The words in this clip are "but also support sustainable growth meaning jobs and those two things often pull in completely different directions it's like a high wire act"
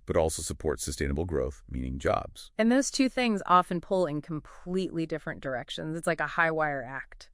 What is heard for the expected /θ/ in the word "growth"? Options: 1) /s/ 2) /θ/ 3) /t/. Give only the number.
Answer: 2